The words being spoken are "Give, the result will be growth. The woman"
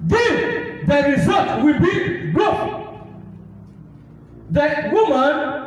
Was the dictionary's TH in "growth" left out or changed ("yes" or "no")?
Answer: yes